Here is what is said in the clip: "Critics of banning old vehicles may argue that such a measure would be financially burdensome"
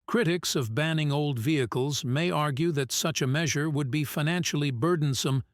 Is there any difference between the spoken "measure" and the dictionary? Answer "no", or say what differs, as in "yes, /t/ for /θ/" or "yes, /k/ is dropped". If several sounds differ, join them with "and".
no